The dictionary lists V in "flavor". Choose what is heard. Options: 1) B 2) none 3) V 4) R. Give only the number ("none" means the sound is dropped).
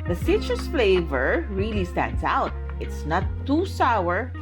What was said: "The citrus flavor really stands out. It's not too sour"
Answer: 3